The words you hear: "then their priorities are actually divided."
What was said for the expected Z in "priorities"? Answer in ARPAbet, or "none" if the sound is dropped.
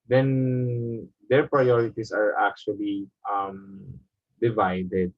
S